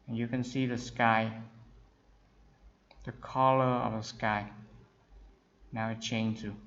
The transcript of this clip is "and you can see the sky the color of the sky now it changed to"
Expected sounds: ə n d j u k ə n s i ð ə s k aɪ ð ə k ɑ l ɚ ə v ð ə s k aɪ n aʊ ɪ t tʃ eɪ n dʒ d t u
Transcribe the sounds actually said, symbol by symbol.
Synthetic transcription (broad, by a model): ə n j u k ə n s i ð ə s k aɪ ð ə k ɑ l ɚ ə v ð ə s k aɪ n aʊ ɪ t tʃ eɪ n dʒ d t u